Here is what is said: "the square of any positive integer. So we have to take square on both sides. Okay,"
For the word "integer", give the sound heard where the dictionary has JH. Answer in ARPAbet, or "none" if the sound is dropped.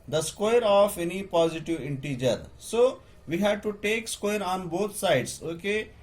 JH